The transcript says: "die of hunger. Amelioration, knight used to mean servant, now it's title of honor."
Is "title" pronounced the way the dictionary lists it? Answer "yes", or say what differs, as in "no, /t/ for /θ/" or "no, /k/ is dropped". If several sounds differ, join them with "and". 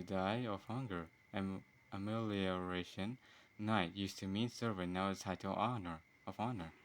no, /n/ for /l/